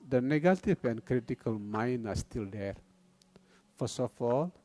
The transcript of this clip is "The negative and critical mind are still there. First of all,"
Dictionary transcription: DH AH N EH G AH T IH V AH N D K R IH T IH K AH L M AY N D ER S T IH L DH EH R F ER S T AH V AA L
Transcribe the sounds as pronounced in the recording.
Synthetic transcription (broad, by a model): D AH N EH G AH T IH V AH N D K R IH T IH K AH L M AY N D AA S T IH L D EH R F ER S AH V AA L